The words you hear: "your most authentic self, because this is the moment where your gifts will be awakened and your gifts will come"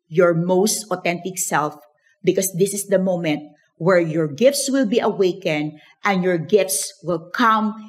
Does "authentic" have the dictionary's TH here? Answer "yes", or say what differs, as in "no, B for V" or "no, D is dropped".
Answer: no, T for TH